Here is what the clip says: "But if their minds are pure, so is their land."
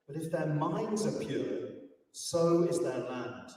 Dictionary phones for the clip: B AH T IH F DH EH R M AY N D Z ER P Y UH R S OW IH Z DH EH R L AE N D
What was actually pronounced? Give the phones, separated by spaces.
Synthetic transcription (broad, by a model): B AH T IH F DH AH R M AY N D Z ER P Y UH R S OW IH Z DH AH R L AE N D